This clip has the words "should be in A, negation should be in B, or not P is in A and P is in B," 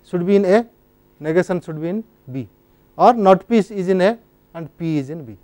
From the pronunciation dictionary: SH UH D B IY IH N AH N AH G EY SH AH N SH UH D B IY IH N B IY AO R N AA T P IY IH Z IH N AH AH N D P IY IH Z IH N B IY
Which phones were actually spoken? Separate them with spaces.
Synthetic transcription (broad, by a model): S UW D B IY N AH N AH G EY S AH N S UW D B IY N B IY AO R N AA T P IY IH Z IH N AH AH N D P IY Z IH N B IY